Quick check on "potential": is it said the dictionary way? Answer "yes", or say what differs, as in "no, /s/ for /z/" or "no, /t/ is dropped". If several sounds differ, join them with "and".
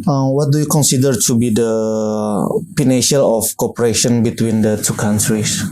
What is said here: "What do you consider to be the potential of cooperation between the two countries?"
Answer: no, /n/ is dropped